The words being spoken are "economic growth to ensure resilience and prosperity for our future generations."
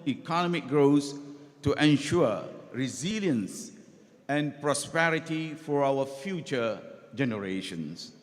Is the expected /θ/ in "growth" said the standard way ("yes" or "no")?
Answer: no